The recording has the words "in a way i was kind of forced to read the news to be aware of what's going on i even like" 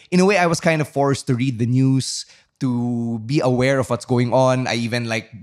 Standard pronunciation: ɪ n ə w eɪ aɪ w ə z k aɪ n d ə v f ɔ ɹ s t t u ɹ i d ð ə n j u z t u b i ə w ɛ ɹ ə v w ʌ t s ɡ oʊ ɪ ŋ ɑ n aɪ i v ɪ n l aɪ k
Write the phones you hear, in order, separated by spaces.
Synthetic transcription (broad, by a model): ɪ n ə w eɪ aɪ w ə s k aɪ n d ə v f ɔ ɹ s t t u ɹ i d ð ə n j u s t u b i ə w ɛ ɹ ə v w ʌ t s ɡ oʊ ɪ ŋ ɑ n aɪ i v ɪ n l aɪ k